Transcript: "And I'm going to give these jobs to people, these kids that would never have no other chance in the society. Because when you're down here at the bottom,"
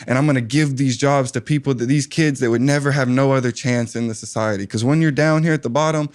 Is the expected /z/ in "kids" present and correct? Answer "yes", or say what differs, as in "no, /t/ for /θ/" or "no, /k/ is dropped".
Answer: yes